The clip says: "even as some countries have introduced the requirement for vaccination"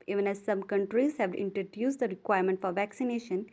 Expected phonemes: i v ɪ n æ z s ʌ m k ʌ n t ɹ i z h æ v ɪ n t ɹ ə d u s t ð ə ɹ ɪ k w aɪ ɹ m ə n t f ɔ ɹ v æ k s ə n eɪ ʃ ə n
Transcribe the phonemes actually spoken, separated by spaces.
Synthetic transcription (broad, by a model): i v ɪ n æ z s ʌ m k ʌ n t ɹ i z h æ v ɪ n t ɹ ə d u s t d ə ɹ ɪ k w aɪ ɹ m ə n t f ɔ ɹ v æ k s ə n eɪ ʃ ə n